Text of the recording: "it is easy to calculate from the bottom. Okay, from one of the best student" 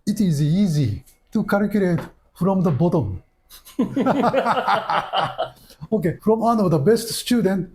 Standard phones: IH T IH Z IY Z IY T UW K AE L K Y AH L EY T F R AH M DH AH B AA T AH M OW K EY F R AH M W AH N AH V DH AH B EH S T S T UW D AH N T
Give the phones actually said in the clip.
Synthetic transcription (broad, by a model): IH T IH Z IY Z IY T UW K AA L K Y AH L EY T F R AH M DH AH B AA T AH M OW K EY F R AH M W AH N AH V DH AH B EH S T S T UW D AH N T